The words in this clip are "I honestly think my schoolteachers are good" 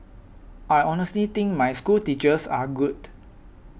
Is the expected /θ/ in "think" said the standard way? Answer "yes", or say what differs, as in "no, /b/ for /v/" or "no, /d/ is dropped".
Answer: no, /t/ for /θ/